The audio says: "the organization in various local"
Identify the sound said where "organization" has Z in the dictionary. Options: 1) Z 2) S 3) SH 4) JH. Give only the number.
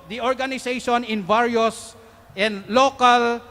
2